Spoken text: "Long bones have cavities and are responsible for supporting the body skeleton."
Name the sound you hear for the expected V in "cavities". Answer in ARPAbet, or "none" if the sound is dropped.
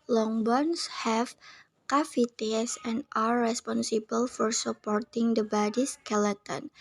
F